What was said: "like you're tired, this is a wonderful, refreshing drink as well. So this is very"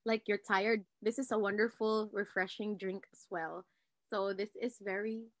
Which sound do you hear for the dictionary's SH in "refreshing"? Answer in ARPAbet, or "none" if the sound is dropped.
SH